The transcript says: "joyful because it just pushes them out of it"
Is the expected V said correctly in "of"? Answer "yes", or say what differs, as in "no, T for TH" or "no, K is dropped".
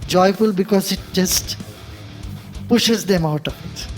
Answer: no, P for V